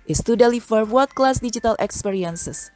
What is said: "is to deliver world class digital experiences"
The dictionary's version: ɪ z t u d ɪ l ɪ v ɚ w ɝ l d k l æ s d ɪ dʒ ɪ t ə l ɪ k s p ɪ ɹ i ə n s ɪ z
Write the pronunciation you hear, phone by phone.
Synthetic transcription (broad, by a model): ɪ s t u d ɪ l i f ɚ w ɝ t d k l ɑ s d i dʒ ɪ t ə l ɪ k s p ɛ ɹ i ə n s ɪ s